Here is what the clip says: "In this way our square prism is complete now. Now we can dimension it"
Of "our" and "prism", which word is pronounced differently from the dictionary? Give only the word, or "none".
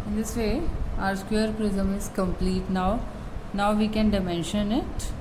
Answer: none